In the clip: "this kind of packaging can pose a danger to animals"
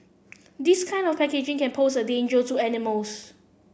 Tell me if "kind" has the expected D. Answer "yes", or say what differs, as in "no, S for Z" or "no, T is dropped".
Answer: yes